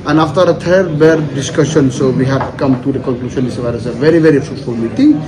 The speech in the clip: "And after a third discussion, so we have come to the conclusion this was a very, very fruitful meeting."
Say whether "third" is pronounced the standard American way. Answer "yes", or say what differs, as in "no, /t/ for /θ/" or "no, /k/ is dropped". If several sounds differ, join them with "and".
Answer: no, /t/ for /θ/